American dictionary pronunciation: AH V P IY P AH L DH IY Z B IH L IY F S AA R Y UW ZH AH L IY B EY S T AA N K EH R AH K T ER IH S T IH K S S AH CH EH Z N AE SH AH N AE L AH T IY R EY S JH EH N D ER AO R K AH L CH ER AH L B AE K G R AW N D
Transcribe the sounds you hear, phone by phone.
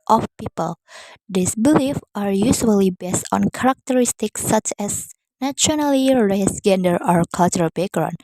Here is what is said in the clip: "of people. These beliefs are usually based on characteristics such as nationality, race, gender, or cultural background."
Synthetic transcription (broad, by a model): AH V P IY P AH L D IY S B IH L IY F AA R Y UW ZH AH L IY B EY S T AA N K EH R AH K T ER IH S T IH K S S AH CH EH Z N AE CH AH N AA L IY R EY S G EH N D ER AO R K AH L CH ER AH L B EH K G R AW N